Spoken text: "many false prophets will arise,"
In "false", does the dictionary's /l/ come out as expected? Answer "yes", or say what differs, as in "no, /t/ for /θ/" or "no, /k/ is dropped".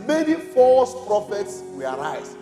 no, /l/ is dropped